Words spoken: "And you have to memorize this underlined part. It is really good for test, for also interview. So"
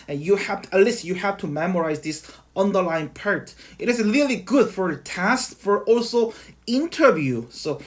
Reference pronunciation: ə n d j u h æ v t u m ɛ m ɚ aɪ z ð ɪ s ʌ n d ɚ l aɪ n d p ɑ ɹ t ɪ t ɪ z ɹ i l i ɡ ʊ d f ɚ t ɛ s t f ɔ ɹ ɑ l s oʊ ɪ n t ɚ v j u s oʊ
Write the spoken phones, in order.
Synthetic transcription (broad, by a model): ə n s j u h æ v t u m ɛ m ɚ aɪ z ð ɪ s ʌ n d ɚ l aɪ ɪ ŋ p ɑ ɹ t ɪ t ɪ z ɹ i l i ɡ ʊ d f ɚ t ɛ s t f ɔ ɹ ɑ l s oʊ ɪ n t ɚ v j u s oʊ